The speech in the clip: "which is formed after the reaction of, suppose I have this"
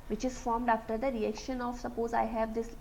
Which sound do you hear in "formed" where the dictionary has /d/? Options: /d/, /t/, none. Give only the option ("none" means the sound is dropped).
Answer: /d/